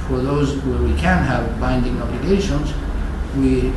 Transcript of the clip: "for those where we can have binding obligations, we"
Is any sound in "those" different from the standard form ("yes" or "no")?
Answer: no